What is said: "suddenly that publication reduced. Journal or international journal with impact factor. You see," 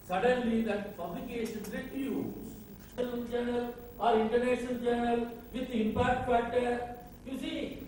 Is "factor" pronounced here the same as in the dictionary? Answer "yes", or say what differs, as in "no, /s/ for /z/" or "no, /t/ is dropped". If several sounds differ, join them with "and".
no, /p/ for /f/